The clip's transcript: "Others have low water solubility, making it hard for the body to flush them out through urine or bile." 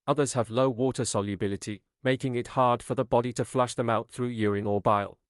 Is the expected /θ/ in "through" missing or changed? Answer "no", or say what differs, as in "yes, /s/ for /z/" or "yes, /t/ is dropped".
no